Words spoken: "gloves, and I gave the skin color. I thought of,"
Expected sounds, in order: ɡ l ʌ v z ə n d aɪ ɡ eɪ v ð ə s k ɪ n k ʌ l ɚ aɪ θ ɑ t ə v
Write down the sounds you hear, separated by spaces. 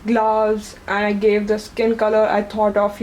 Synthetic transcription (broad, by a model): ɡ l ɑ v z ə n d aɪ ɡ eɪ v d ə s k ɪ n k ʌ l ɚ aɪ t ɑ t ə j